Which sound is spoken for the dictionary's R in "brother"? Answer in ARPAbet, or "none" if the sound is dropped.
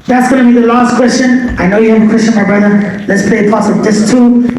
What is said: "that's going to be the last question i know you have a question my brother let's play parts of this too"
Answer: R